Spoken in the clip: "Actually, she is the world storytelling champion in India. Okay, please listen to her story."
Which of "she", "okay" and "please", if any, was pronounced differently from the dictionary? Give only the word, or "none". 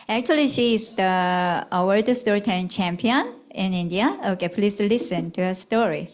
please